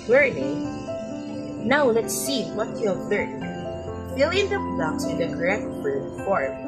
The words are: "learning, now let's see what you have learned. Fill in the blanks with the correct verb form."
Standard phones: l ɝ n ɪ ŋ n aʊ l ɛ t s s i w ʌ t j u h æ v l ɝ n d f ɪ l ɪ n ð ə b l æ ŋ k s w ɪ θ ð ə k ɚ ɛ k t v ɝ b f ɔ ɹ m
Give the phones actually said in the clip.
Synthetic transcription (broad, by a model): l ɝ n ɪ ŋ n aʊ l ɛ t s s i w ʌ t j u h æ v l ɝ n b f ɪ l ɪ n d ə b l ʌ k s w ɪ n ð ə k ɚ ɛ k t b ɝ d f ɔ ɹ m